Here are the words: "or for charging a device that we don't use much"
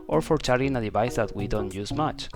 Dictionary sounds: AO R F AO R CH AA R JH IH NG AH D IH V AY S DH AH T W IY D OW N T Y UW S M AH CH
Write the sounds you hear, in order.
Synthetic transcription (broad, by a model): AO R F AO R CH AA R IH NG AH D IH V AY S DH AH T W IY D OW N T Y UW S M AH CH